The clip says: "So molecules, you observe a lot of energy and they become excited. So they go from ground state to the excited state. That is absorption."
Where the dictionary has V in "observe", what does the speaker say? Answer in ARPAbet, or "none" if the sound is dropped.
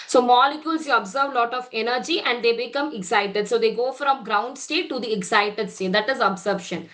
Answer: V